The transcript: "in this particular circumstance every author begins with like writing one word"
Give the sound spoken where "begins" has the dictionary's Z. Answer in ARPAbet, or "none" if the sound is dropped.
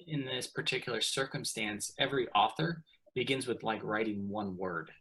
Z